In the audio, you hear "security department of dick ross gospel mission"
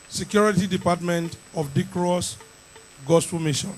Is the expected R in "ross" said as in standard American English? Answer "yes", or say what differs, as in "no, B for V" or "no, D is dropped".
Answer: yes